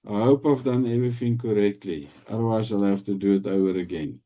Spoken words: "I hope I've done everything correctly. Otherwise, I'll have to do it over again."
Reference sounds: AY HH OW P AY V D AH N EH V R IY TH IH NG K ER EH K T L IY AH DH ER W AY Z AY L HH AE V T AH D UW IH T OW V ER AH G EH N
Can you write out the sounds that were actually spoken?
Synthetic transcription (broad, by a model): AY HH OW P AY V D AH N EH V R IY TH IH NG K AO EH K T L IY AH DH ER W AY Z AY L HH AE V T AH D UW IH T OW ER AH G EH N